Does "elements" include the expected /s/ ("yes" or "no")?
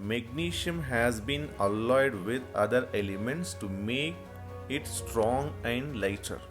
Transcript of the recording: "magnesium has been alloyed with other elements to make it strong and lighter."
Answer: yes